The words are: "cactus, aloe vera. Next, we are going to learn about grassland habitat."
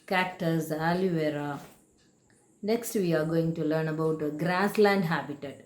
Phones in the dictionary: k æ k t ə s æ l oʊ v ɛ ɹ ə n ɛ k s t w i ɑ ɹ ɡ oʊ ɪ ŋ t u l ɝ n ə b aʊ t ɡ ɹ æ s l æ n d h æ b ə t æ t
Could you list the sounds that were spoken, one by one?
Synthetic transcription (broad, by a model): k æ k t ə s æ l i v ɛ ɹ ə n ɛ k s t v i ɑ ɹ ɡ oʊ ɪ ŋ t u l ɝ n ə b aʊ t ɡ ɹ æ s l æ n d h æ b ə t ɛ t